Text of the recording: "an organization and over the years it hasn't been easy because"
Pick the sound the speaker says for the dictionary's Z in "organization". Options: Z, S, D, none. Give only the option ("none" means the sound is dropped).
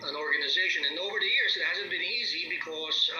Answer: Z